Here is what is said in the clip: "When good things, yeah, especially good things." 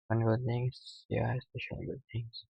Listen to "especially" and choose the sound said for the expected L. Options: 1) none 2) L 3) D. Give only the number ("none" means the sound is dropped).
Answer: 1